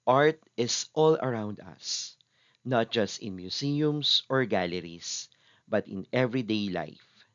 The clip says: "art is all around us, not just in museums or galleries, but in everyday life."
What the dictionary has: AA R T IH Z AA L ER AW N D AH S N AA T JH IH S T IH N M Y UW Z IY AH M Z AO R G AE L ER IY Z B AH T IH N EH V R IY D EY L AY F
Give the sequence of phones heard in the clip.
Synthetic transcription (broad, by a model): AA R T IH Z AA L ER AW N D AH S N AA T JH IH S T IH N M Y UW S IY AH M S AO R G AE L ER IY S B AH T IH N EH V R IY D EY L AY F